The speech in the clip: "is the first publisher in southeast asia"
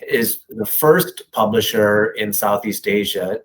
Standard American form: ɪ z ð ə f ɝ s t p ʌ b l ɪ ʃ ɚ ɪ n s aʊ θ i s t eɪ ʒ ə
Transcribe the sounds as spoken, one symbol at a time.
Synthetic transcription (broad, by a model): ɪ z ð ə f ɝ s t p ʌ b l ɪ ʃ ɚ ɪ n s aʊ θ i s t eɪ ʒ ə